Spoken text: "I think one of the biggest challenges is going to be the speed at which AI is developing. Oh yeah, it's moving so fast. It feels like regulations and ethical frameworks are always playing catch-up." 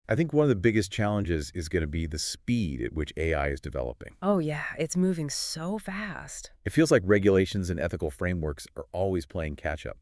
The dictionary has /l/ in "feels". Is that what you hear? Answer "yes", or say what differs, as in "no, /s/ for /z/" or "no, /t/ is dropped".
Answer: yes